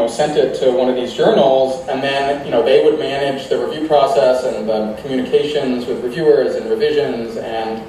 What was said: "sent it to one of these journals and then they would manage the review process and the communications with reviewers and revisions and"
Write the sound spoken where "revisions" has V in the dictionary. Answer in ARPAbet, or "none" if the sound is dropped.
V